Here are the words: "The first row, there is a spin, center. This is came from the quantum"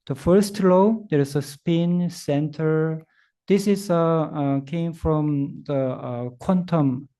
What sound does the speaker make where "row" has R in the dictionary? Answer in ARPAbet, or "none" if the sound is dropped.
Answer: L